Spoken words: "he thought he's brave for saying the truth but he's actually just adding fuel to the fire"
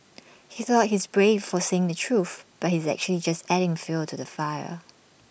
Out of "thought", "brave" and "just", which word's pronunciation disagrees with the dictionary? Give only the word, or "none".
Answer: none